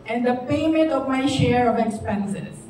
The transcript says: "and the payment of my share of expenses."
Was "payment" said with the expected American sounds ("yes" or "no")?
no